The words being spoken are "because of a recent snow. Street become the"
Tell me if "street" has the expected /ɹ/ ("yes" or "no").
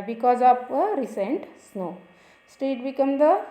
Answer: no